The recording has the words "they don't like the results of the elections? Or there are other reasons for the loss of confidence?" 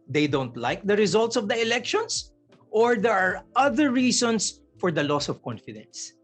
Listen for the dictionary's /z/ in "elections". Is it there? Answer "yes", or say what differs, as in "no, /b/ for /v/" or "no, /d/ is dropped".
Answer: no, /s/ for /z/